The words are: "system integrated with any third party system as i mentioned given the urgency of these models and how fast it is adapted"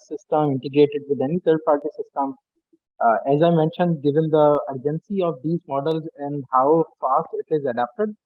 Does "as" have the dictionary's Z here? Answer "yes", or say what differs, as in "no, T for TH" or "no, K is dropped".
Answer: yes